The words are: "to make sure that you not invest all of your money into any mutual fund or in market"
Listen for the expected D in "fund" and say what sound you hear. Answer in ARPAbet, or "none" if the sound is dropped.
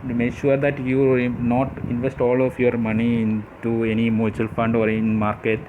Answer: D